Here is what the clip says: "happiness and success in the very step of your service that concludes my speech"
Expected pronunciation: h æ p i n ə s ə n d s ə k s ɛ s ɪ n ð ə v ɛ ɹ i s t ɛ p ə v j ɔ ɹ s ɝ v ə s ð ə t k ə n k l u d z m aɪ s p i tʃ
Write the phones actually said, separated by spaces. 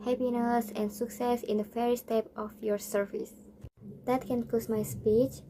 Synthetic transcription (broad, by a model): h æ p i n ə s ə n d s ə k s ɛ s ɪ n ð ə f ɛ ɹ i s t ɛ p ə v j ɔ ɹ s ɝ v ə s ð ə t k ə n k ɔ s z m aɪ s p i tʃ